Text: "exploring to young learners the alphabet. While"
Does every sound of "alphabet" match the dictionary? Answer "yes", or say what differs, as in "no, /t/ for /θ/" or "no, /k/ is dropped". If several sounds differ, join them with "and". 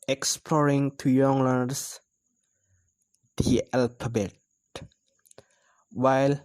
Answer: no, /p/ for /f/